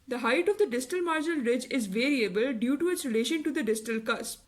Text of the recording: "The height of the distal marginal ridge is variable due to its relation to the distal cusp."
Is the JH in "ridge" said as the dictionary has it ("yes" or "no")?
yes